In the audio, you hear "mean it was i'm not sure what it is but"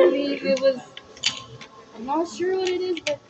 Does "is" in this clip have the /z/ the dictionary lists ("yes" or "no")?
yes